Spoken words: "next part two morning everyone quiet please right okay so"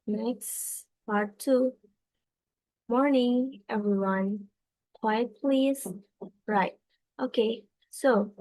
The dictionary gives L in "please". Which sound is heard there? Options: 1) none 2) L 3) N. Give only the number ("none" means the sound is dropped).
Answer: 2